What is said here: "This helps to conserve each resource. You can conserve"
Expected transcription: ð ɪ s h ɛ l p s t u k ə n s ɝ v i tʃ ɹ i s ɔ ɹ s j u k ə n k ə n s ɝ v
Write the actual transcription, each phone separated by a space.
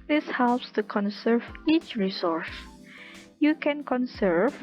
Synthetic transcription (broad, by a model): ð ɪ s h ɛ l p s t u k ə n s ɝ v i tʃ ɹ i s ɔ ɹ s j u k ə n k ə n s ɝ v